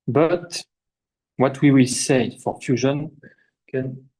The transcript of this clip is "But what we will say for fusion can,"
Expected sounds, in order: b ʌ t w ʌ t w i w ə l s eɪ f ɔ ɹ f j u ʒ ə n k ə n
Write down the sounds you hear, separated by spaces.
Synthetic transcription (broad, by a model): b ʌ t w ʌ t w i w ə l s eɪ f ɔ ɹ f j u ʒ ə n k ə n